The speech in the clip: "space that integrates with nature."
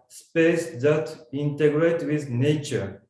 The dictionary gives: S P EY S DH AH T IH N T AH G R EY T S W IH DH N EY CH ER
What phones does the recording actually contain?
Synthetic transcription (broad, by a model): S P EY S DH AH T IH N T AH G R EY T W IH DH N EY CH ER